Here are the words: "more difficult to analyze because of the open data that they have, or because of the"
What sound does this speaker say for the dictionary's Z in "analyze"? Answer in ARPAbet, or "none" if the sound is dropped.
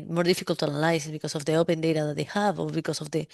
S